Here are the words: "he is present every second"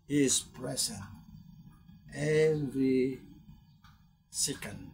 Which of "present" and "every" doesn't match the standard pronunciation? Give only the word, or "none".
present